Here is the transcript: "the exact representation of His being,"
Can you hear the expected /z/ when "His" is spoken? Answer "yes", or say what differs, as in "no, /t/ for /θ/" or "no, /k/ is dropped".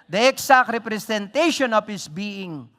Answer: no, /s/ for /z/